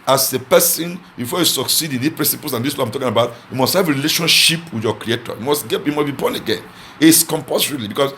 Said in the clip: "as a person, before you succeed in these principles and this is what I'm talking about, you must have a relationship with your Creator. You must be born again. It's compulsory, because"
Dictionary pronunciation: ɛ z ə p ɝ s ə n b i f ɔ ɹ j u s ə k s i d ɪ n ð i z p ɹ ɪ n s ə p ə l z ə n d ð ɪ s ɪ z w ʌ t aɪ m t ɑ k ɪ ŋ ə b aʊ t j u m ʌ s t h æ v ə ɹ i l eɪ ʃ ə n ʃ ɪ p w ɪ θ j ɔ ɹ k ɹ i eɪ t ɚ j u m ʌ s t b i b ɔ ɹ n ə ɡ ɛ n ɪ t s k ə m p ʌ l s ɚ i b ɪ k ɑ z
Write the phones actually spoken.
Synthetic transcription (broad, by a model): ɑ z ə p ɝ s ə n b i f ɔ j u s ə k s i d ɪ n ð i p ɹ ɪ n s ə p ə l s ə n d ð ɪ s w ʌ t aɪ m t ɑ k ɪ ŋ ə b aʊ t j u m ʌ s t h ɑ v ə ɹ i l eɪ ʃ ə n ʃ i p w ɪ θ j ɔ k ɹ i eɪ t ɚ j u m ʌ s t b i b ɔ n ə ɡ ɛ n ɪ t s k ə m p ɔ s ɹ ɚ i b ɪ k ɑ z